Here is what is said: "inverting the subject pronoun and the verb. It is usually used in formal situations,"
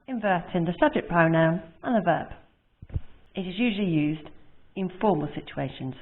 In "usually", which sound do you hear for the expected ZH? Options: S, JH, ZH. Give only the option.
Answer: ZH